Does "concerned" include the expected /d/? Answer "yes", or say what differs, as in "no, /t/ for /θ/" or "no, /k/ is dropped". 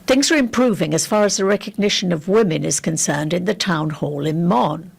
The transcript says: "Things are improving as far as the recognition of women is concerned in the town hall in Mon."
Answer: yes